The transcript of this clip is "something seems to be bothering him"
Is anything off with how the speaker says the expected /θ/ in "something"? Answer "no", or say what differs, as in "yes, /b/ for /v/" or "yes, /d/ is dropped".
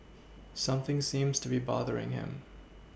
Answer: no